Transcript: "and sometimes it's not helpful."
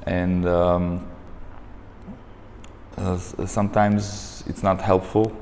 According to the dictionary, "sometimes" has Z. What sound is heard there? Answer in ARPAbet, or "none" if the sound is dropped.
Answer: Z